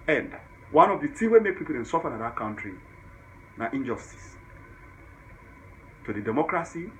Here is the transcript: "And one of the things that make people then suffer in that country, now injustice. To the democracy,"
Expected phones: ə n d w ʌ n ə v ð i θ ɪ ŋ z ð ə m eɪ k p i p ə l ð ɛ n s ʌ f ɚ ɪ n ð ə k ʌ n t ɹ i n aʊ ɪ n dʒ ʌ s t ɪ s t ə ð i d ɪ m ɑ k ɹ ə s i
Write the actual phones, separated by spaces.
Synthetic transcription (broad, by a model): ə n d w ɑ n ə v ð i t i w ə m eɪ k p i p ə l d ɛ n s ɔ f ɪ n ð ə k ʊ n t ɹ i n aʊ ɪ n dʒ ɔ s t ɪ s t ə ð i d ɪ m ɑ k ɹ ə s i